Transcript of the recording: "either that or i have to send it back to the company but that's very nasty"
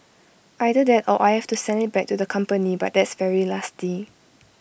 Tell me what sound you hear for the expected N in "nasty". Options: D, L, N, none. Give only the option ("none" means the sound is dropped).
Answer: L